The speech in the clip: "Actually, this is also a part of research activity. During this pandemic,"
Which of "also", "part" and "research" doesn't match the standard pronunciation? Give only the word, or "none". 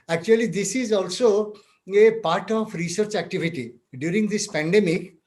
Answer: none